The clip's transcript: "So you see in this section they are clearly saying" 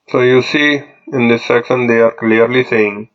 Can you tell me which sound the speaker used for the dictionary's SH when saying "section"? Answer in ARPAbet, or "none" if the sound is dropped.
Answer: S